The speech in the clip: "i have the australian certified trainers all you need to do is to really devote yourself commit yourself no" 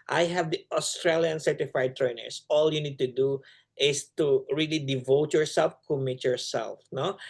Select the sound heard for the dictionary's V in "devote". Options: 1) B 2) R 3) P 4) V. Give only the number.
4